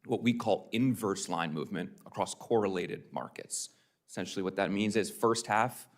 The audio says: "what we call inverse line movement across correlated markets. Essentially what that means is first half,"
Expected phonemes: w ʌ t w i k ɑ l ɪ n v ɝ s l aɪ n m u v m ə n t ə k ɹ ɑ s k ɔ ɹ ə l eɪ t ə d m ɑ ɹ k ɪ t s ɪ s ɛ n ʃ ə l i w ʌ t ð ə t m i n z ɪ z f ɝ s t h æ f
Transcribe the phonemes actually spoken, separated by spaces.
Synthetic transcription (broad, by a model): w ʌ t w i k ɑ l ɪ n v ɝ s l aɪ n m u v m ə n t ə k ɹ ɑ s k ɔ ɹ ə l eɪ t ə d m ɑ ɹ k ɪ t s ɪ s ɛ n ʃ l i w ʌ t ð ə t m i n z ɪ z f ɝ s t h æ f